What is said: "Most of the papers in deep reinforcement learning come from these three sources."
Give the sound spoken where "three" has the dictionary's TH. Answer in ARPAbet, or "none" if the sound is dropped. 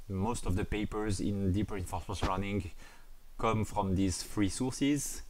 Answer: F